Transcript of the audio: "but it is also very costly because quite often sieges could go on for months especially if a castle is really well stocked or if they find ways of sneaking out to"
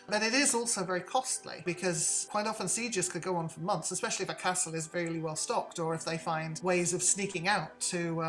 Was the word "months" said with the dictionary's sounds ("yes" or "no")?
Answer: yes